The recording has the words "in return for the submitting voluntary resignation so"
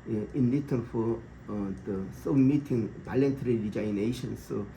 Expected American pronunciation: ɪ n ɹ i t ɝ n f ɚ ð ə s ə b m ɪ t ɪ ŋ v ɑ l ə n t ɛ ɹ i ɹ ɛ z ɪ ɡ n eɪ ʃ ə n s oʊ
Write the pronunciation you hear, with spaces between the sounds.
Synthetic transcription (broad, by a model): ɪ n l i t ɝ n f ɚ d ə s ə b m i t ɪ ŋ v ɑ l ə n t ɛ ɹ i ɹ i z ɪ n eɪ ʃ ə n s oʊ